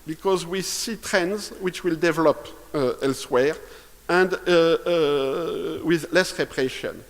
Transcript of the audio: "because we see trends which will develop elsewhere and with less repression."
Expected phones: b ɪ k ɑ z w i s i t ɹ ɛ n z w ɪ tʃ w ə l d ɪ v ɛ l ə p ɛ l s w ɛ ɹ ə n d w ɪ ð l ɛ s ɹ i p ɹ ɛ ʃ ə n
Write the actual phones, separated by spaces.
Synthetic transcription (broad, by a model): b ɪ k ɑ z w i s i t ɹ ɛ n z w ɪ tʃ w ə l d ɪ v ɛ l ə p ɛ l s w ɛ ɹ ə n d w ɪ ð l ɛ s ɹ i p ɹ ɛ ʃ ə n